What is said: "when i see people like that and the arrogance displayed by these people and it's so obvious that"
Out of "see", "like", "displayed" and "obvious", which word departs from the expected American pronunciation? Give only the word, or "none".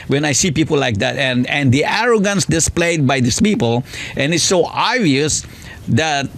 obvious